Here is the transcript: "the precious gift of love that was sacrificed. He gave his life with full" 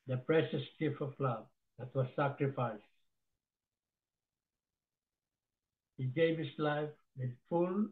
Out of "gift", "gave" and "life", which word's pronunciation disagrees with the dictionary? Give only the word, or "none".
gift